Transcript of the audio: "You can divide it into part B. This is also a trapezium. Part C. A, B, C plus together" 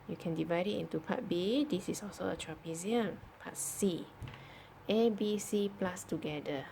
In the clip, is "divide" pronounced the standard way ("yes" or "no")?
yes